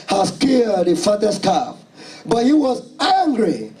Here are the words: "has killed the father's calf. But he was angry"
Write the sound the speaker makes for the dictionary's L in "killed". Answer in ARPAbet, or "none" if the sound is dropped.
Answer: none